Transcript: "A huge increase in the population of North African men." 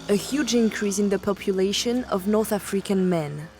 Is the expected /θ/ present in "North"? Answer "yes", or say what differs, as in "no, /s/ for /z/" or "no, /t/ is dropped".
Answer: yes